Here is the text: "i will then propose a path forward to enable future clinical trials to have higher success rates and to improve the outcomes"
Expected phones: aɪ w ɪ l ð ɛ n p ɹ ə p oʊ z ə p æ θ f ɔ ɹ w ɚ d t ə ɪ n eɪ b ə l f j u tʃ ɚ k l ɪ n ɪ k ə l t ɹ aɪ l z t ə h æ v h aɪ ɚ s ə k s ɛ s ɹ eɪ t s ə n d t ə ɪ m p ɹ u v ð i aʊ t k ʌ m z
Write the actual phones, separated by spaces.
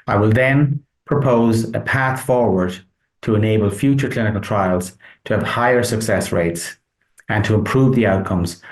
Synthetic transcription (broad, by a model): aɪ w ɪ l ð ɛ n p ɹ ə p oʊ z ə p æ θ f ɔ ɹ w ɚ d t ə ɪ n eɪ b ə l f j u tʃ ɚ k l ɪ n ɪ k ə l t ɹ aɪ l z t ə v h aɪ ɚ s ə k s ɛ s ɹ eɪ t s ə n t ə ɪ m p ɹ u v ð i aʊ t k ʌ m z